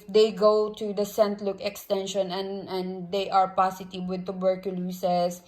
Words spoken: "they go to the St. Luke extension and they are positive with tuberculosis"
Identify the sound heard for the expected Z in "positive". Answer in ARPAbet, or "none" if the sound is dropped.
S